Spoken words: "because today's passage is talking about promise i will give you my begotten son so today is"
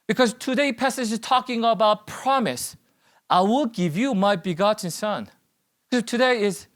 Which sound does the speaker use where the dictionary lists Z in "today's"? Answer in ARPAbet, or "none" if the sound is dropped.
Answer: none